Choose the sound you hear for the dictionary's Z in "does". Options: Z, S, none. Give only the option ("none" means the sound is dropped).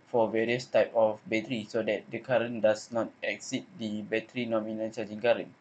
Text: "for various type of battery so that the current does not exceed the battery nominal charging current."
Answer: S